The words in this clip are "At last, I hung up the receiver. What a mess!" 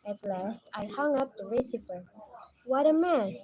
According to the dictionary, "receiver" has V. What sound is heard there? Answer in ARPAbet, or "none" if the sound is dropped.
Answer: P